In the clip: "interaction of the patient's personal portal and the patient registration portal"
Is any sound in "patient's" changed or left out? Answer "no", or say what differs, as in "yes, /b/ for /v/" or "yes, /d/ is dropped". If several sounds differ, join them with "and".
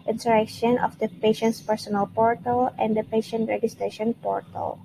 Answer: no